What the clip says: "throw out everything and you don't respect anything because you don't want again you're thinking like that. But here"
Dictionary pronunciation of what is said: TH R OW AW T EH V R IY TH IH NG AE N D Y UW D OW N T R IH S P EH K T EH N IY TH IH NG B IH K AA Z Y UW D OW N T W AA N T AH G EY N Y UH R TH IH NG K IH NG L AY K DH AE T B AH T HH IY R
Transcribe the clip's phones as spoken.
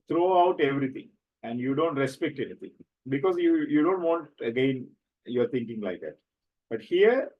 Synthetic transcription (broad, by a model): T R OW AW T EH V R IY T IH NG AE N D Y UW D OW N T R IH S P EH K T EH N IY T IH NG B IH K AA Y Y UW D OW N T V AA N T AH G EY N Y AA R T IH NG K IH NG L AY K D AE T B AH T HH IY R